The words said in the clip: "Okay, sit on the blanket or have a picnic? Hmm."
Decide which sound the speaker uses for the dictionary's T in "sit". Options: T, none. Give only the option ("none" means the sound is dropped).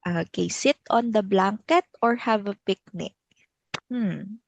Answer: T